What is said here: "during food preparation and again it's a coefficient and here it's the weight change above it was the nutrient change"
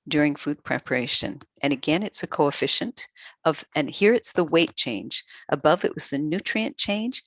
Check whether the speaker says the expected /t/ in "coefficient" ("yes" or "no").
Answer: yes